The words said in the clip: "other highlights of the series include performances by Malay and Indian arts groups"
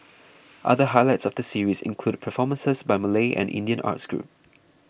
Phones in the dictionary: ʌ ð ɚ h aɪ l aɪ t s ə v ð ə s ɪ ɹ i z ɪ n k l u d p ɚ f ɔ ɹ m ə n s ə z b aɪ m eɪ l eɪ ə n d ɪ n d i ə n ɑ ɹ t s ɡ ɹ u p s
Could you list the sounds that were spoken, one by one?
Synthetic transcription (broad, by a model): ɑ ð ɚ h aɪ l aɪ t s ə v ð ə s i ɹ i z ɪ n k l u d p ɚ f ɔ m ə n s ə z b aɪ m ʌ l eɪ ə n ɪ n d i ə n ɑ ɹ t s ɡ ɹ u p